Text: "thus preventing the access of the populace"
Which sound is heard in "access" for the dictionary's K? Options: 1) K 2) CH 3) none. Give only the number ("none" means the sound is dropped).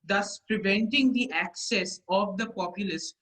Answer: 1